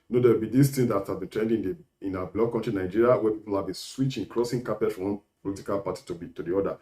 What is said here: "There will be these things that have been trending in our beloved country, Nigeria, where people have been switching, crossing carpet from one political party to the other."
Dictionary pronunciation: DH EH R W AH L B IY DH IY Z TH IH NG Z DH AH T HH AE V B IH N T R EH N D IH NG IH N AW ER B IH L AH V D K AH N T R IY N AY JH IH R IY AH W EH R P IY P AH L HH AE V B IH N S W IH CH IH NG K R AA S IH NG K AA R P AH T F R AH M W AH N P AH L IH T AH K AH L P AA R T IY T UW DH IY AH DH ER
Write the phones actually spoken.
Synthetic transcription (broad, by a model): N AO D W AH L B IY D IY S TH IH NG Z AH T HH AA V B IH N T R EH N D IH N IH N AW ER B L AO K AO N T R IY N AY JH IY R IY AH W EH P IY P AH L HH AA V B IH N S W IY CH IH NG K R AA S IH NG K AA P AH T F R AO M W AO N P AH L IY T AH K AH L P AA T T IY T UW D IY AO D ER